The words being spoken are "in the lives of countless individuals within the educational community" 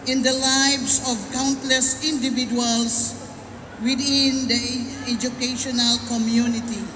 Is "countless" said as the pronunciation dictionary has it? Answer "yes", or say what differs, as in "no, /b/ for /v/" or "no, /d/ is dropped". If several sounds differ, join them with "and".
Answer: yes